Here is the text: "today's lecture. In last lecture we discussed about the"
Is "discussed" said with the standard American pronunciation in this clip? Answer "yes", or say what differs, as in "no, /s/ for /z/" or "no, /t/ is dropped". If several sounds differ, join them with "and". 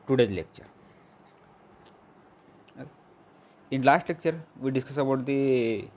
no, /t/ is dropped